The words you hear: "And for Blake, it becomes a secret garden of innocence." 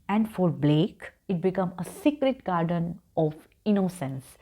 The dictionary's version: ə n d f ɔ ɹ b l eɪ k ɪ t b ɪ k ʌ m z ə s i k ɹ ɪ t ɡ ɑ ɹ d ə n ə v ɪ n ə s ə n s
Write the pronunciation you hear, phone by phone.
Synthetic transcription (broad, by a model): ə n d f ɔ ɹ b l eɪ k ɪ t b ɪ k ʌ m ə s i k ɹ ɪ t ɡ ɑ ɹ d ə n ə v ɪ n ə s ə n s